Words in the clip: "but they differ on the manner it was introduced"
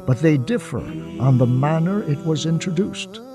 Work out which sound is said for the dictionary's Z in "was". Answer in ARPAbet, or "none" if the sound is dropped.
Z